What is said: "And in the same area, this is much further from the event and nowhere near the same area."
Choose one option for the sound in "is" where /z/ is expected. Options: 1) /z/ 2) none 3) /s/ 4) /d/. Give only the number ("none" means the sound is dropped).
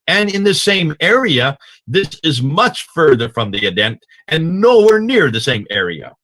1